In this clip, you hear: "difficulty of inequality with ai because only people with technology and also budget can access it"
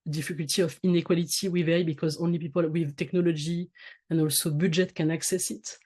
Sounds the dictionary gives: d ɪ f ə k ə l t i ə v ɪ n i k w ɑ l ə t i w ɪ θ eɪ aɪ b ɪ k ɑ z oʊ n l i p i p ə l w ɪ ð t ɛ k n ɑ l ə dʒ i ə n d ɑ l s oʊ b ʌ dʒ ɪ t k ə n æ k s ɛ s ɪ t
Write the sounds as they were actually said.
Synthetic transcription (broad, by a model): d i f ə k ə l t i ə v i n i k w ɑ l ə t i w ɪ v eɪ b ɪ k ɑ z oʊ n l i p i p ə l w ɪ ð t ɛ k n ɑ l ə dʒ i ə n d ɑ l s oʊ b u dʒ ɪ t k ə n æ k s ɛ s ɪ t